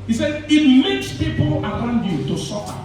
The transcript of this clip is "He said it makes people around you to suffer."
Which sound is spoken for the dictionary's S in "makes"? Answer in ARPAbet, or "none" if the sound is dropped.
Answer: S